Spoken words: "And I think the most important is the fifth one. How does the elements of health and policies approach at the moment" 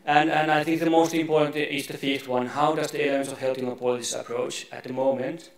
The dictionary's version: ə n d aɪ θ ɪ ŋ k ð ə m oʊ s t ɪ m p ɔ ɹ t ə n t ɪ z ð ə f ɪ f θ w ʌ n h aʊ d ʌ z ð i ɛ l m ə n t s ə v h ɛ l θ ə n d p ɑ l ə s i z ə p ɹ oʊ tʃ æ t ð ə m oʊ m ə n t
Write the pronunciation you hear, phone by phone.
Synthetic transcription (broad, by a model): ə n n aɪ θ ɪ ŋ k ð ə m oʊ s t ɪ m p ɔ ɹ t n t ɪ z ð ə f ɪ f t w ʌ n h aʊ d ʌ z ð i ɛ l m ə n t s ə v h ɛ l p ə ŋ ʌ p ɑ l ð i s ə p ɹ oʊ tʃ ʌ t ð ə m oʊ m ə n t